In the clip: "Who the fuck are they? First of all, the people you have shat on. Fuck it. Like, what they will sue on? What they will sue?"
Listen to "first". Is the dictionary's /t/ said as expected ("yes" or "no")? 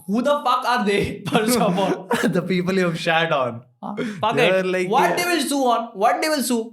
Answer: no